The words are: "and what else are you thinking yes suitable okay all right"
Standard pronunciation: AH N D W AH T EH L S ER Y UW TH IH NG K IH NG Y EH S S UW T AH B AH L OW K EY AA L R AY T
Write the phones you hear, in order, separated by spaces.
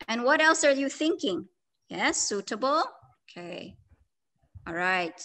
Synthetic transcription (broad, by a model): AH N W AH T EH L S ER Y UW TH IH NG K IH NG Y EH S S UW T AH B L OW K EY AA L R AY T